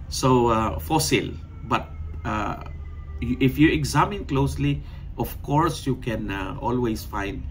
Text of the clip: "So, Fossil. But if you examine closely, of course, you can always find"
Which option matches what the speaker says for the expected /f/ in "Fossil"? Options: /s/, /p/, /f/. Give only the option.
/f/